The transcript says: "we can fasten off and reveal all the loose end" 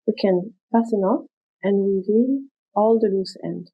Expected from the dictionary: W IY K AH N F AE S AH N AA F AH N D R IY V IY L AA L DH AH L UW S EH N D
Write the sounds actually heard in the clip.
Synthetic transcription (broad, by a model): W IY K AH N P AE S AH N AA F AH N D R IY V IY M AA L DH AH L UW S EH N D